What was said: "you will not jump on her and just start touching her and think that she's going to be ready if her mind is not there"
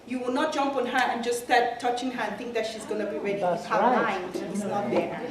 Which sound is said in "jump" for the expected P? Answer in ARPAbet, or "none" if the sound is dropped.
P